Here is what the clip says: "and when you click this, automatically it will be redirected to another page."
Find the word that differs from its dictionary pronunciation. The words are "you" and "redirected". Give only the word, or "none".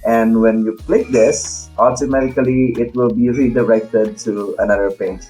redirected